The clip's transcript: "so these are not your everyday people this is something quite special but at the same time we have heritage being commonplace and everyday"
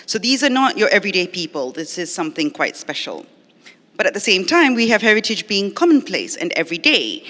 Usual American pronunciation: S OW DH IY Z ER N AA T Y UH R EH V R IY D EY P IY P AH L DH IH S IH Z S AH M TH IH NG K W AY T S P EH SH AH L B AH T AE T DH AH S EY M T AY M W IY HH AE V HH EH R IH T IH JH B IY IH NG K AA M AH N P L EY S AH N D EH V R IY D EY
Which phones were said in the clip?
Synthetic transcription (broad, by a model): S OW DH IY Z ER N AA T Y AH R EH V R IY D EY P IY P AH L DH IH S IH Z S AH M TH IH NG K W AY T S P EH SH AH L B AH T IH T DH AH S EY M T AY M W IY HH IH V HH EH R IH T IH JH B IY IH NG K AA M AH N P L EY S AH N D EH V R IY D EY